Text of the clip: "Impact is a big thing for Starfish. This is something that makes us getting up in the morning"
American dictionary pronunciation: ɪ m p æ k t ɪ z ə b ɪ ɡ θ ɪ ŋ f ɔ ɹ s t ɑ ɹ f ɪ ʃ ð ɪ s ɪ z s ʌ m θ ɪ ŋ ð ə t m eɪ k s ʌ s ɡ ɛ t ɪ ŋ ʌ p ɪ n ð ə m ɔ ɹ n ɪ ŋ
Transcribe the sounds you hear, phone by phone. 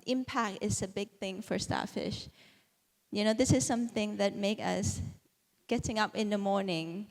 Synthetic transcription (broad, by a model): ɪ m p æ k t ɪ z ə b ɪ ɡ θ ɪ ŋ f ɔ ɹ s t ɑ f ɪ ʃ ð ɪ s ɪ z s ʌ m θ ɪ ŋ ð ə t m eɪ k ʌ s ɡ ɛ t ɪ ŋ ʌ p ɪ n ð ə m ɔ ɹ n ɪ ŋ